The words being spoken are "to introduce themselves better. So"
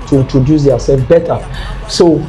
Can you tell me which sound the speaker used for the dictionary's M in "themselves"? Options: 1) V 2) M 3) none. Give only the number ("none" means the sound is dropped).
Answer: 3